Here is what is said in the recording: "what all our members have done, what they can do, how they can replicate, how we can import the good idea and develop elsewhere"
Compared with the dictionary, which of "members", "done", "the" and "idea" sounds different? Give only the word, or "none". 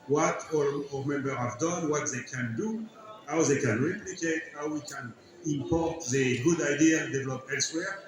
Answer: members